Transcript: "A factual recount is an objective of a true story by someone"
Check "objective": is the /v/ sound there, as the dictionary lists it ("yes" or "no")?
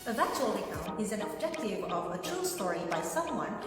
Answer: no